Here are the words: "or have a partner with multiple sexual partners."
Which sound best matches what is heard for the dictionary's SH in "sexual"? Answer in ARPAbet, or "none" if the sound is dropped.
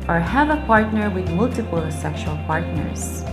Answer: SH